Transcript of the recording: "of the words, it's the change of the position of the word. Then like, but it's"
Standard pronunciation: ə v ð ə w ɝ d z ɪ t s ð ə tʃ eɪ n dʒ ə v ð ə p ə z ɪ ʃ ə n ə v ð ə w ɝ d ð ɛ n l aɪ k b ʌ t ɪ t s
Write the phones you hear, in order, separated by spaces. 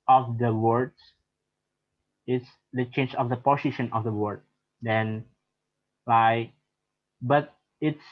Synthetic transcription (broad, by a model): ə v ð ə w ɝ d ɪ t s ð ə tʃ eɪ n dʒ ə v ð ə p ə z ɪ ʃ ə n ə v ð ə w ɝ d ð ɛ n l aɪ k b ʌ t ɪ t s